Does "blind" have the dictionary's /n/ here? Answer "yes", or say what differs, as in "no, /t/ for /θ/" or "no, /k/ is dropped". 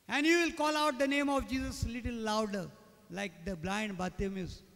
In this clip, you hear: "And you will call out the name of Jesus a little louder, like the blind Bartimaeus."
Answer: yes